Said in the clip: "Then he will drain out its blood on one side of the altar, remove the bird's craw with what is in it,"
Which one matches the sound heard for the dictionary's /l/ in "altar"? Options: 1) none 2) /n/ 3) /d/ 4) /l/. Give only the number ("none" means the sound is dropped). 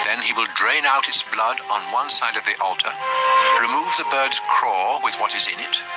4